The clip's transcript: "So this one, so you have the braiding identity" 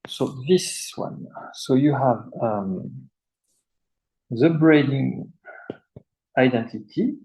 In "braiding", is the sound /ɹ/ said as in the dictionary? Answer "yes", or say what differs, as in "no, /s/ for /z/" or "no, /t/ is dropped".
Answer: yes